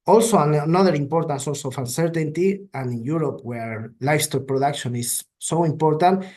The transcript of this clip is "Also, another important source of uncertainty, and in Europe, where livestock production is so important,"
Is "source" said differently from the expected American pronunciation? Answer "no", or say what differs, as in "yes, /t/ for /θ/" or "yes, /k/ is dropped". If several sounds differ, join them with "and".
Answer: yes, /l/ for /ɹ/